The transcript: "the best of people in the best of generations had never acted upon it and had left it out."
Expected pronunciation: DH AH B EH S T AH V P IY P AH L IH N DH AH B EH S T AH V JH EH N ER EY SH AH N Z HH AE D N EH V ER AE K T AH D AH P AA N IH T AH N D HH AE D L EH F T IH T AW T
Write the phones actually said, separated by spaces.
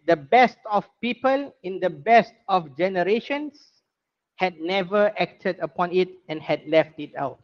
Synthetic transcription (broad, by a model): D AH B EH S T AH F P IY P AH L IH N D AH B EH S T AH F JH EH N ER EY SH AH N S HH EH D N EH V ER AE K T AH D AH P AA N IH T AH N HH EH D L EH F T IH T AW T